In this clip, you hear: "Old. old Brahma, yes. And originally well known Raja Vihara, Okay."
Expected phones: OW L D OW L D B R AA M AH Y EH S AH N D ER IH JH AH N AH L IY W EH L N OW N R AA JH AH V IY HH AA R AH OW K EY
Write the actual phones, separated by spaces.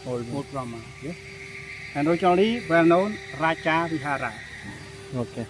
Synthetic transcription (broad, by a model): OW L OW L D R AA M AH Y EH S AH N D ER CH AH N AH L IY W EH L N OW N R AA CH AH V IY HH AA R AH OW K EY